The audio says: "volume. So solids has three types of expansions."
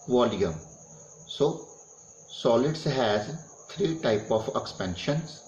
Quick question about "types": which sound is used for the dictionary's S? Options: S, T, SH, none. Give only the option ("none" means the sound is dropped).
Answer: none